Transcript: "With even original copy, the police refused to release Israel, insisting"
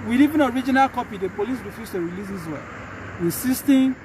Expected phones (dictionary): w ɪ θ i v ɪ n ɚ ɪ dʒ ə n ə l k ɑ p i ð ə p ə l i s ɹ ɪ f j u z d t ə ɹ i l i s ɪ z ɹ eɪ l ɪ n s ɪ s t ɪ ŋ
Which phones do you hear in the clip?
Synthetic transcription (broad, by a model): w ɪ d i v ɪ n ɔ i dʒ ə n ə l k ɑ p i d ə p ə l i s ɹ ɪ f j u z t ə ɹ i l i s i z w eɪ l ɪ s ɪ s t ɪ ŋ